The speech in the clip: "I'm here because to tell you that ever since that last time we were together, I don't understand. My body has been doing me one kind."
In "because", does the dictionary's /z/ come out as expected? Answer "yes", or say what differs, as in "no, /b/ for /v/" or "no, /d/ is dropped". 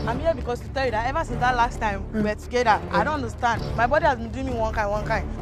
no, /s/ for /z/